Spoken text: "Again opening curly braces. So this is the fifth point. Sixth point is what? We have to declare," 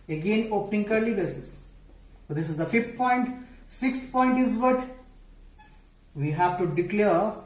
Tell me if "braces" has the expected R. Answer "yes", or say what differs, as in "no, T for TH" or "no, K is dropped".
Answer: no, R is dropped